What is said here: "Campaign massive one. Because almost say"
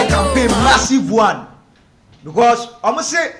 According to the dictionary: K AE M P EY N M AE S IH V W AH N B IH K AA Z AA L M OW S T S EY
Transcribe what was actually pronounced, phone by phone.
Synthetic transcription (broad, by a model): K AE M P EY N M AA S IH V W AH N B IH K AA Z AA M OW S S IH